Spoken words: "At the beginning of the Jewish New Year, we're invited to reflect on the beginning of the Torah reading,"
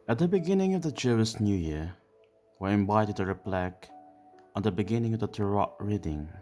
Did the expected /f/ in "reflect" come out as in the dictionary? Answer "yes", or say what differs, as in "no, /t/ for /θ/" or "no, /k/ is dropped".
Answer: no, /p/ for /f/